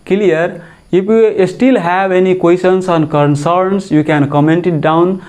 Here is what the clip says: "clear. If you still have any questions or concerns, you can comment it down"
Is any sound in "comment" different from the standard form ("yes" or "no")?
no